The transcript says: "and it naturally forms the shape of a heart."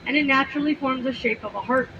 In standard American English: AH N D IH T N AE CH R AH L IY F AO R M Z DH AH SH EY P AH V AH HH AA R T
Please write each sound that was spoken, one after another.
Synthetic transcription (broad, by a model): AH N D IH T N AE CH R L IY F AO R M Z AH SH EY P AH V AH HH AA R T